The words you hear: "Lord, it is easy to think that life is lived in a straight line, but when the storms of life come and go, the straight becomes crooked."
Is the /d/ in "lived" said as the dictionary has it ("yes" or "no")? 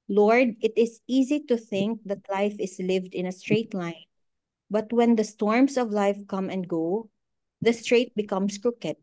yes